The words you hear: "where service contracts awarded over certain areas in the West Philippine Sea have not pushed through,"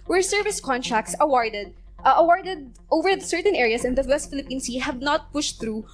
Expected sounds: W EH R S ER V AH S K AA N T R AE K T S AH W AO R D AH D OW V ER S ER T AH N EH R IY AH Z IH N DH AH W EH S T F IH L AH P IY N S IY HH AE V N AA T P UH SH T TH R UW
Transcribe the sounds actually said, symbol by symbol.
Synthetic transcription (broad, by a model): W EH R S ER V AH S K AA N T R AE K T S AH W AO R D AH D OW V ER S ER T AH N EH R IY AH S IH N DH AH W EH S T F IH L AH P IY N S IY HH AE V N AA T P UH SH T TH R UW